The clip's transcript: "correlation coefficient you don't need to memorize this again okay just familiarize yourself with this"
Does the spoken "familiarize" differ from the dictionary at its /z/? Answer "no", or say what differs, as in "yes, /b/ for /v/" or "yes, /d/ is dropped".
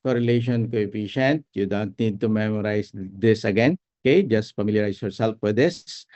yes, /s/ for /z/